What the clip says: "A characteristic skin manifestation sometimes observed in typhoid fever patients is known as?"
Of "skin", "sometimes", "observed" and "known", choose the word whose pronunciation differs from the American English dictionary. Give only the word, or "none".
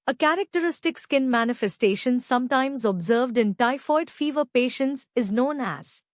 none